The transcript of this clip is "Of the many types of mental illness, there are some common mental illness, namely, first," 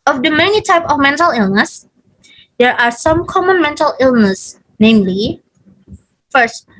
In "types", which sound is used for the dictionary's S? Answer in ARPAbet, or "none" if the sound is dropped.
none